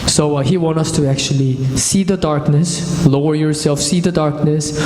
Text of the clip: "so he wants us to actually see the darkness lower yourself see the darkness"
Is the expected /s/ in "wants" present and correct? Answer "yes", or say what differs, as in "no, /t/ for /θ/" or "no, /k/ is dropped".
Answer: no, /s/ is dropped